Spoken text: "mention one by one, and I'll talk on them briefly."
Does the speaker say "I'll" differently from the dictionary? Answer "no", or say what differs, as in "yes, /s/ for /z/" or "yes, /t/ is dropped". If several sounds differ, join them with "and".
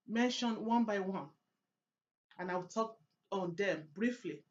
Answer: yes, /w/ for /l/